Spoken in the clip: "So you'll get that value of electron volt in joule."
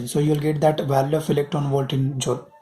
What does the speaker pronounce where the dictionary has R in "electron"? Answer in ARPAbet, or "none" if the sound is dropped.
none